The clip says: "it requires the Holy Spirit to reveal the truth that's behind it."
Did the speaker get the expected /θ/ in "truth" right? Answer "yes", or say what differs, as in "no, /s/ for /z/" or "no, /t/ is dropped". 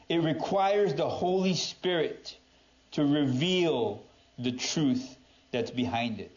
yes